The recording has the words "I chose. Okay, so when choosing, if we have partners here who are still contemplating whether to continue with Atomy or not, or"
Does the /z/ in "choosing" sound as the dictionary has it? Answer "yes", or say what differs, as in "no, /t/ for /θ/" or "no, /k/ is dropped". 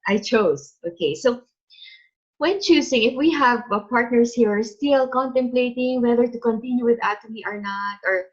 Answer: no, /s/ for /z/